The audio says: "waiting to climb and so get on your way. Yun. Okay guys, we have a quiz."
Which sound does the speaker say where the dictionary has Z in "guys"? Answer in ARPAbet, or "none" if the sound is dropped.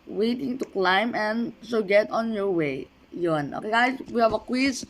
S